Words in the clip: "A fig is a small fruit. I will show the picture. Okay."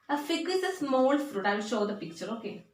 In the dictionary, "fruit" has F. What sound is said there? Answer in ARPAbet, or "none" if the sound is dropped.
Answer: F